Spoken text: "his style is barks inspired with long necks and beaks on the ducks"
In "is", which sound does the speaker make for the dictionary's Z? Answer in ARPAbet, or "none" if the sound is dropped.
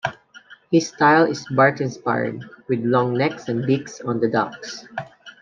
S